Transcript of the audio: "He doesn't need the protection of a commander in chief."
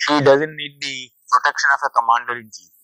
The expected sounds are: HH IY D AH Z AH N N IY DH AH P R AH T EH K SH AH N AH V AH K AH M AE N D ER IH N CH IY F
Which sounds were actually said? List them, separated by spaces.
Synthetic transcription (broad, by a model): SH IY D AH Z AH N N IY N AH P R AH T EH K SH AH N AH F AH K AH M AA N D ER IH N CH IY